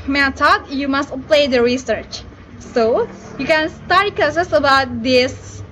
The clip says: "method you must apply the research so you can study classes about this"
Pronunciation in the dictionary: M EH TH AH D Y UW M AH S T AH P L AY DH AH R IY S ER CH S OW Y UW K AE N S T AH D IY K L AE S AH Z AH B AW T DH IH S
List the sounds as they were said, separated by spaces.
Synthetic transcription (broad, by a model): M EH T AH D Y UW M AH S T P L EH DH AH R IY S ER CH S OW Y UW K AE N S T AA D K AH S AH S AH B AW T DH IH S